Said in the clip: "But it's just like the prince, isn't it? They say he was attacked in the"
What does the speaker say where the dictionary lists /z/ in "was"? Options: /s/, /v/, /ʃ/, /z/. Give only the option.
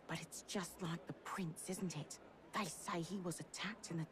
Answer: /z/